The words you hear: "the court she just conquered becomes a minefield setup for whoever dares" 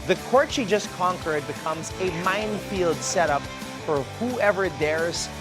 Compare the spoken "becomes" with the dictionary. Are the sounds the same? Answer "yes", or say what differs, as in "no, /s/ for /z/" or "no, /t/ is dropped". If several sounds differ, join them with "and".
yes